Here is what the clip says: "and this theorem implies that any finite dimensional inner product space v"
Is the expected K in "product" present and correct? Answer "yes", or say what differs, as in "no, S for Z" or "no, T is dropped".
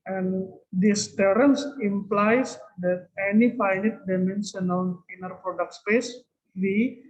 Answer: yes